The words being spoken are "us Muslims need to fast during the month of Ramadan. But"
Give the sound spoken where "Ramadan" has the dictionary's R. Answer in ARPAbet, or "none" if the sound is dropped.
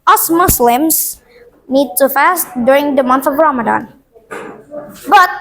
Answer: R